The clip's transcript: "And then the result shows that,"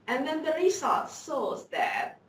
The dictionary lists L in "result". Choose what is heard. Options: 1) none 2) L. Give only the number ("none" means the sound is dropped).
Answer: 1